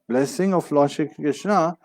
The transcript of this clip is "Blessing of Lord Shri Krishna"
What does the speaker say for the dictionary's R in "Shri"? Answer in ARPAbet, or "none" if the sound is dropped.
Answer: none